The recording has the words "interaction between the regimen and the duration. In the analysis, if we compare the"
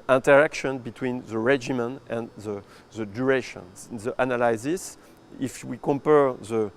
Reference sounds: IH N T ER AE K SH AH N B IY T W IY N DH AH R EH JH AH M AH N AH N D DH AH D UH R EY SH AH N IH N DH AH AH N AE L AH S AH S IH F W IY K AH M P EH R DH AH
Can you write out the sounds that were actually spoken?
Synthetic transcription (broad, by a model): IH N T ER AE K SH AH N B IY T W IY N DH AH R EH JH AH M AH N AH N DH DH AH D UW R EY SH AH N N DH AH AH N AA L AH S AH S IH F W IY K AH M P EH R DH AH